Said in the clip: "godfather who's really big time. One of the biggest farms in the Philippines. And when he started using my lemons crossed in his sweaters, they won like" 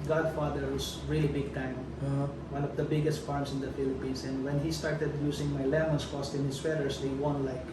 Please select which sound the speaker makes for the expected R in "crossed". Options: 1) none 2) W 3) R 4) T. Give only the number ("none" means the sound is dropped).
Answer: 1